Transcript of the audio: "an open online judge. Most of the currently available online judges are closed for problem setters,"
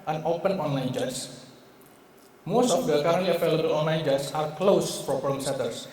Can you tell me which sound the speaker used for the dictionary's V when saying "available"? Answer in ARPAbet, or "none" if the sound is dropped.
F